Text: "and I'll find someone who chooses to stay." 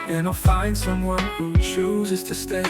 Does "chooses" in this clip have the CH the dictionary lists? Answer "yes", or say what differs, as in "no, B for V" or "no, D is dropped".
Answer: yes